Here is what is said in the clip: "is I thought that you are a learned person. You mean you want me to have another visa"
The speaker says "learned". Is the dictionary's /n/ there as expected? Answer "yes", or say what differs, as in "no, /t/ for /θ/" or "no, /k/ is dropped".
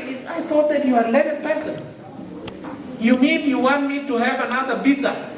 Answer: no, /n/ is dropped